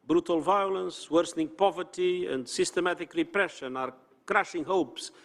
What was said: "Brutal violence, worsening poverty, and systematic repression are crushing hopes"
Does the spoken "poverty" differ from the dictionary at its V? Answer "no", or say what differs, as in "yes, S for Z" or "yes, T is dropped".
no